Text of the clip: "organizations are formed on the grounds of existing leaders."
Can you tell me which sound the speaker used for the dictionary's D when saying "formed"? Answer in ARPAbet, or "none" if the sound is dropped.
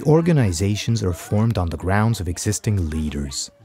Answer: D